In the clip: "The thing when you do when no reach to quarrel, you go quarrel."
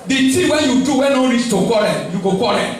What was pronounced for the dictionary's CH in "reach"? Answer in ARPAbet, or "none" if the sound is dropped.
S